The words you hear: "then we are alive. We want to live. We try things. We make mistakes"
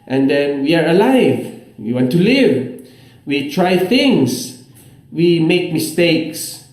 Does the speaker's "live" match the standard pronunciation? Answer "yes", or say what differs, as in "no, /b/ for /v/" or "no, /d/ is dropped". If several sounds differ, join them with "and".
yes